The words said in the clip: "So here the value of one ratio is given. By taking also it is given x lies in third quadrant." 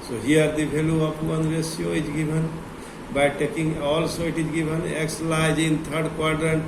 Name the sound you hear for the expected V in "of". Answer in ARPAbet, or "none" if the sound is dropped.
P